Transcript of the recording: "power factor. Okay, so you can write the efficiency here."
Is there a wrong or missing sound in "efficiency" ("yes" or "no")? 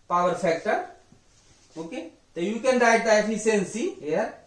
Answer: yes